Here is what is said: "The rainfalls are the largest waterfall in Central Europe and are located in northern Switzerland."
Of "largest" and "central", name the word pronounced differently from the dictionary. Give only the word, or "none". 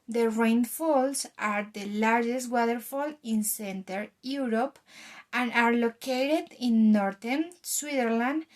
central